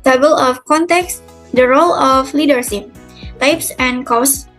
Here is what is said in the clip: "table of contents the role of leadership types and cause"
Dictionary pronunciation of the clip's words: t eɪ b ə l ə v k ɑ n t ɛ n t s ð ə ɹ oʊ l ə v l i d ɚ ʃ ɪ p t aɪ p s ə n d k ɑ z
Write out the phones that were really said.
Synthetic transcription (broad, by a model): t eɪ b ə l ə f k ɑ n t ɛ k s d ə ɹ oʊ l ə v l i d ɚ s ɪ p t aɪ p s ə n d k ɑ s